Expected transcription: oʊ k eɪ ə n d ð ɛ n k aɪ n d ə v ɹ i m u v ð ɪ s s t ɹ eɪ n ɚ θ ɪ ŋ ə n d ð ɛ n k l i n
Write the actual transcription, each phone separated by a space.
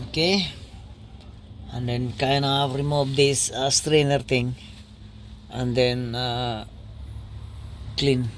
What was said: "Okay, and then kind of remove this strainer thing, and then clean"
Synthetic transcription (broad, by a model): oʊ k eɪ ə n d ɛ n k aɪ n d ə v ɹ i m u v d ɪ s s t ɹ eɪ n ɚ t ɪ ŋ ə n d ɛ n k l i n